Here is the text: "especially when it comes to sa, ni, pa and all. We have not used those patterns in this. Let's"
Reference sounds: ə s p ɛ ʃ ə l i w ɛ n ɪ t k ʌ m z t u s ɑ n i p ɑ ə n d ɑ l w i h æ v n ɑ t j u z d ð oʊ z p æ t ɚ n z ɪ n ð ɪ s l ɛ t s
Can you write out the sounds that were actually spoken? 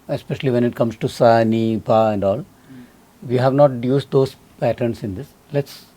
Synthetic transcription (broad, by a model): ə s p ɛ ʃ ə l i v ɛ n ɪ t k ʌ m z t u s ɑ n i p ɑ ə n d ɑ l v i h æ v n ɑ t j u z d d oʊ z p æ t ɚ n s ɪ n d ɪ s l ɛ t s